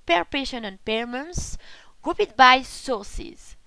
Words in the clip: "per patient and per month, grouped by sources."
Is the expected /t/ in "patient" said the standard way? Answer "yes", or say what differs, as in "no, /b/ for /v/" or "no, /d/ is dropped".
no, /t/ is dropped